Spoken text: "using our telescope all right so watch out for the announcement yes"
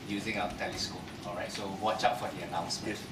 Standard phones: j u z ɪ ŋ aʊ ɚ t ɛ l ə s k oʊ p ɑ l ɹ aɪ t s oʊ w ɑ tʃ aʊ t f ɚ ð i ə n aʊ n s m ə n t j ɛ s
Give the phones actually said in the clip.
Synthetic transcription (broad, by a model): j u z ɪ ŋ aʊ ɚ t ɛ l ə s k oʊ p ɑ l ɹ aɪ t s oʊ w ɑ tʃ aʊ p f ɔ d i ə n aʊ n s m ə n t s